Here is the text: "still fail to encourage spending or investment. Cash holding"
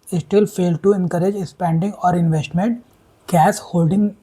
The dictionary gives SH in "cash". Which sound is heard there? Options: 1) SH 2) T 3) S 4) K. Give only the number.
3